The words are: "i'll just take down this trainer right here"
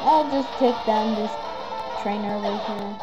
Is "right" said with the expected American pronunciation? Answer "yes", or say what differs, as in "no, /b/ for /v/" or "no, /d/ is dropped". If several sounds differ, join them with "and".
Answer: no, /w/ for /ɹ/